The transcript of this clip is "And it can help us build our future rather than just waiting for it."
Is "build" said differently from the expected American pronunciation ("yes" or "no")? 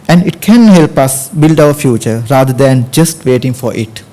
no